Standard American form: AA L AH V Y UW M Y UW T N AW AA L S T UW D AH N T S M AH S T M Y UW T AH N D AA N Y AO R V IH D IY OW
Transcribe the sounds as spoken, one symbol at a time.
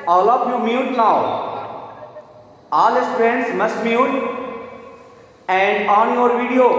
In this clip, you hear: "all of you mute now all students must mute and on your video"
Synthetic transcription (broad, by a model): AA L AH P Y UW M Y UW T N AW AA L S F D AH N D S M AH S T M Y UW T AH N D AA N Y AO R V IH D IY OW